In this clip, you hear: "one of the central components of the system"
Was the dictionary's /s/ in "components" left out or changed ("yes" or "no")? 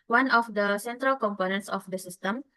no